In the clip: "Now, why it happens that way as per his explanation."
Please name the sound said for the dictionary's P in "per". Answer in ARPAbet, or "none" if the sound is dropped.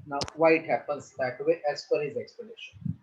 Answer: F